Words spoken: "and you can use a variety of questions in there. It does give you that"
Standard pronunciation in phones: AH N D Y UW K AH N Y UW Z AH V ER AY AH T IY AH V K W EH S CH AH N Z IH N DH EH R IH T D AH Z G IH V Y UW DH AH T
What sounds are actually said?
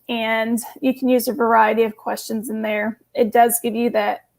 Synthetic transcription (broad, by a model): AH N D Y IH K N Y UW Z AH V ER AY AH T IY AH V K W EH S CH AH N Z IH N DH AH R IH T D AH Z G IH V Y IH DH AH T